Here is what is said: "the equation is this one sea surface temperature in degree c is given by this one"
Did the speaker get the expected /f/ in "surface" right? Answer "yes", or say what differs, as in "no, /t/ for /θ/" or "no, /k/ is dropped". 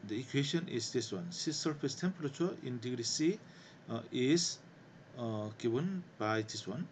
no, /p/ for /f/